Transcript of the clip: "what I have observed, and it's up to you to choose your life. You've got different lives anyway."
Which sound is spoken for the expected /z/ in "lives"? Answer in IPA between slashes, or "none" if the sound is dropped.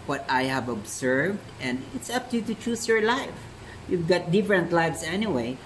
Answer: /s/